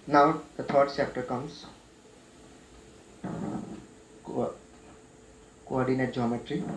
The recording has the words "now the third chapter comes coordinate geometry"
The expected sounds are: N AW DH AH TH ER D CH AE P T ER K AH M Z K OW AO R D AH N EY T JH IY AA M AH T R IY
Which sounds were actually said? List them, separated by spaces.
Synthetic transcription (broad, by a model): N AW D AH T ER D S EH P T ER K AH M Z K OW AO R D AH N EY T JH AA M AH T R IY